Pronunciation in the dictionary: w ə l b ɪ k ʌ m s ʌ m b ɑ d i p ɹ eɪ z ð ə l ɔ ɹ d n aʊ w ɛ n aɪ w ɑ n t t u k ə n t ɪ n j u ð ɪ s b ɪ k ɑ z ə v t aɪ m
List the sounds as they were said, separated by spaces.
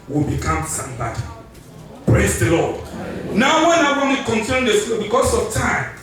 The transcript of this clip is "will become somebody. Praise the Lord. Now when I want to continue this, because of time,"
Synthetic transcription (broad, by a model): w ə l b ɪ k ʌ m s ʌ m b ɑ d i p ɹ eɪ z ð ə l ɔ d n aʊ w ɛ n aɪ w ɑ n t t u k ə n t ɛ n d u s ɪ b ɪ k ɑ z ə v t aɪ m